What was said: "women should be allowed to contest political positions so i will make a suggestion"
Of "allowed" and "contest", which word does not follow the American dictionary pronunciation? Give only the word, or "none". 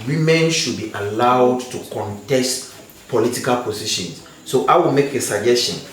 none